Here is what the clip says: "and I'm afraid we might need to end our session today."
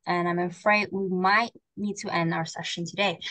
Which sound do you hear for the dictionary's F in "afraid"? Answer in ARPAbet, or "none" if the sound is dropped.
F